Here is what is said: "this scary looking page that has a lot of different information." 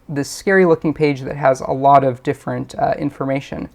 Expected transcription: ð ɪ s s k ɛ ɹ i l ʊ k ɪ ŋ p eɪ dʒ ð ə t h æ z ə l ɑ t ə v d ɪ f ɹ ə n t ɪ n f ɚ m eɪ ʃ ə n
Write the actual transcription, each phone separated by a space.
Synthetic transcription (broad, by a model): ð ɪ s s k ɛ ɹ i l ʊ k ɪ ŋ p eɪ dʒ ð ə t h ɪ z ə l ɑ t ə v d ɪ f ɹ ə n t ɪ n f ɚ m eɪ ʃ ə n